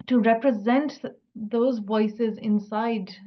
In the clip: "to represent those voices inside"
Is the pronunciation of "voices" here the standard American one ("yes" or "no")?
yes